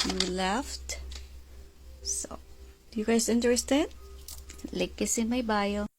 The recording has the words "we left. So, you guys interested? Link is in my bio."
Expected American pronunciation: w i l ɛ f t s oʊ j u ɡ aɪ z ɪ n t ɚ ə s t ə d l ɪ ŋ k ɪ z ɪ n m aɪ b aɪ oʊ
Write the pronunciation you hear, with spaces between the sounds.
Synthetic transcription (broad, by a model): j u l ɛ f t s oʊ j u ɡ aɪ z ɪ n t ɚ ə s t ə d l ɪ k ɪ s ɪ n m aɪ b aɪ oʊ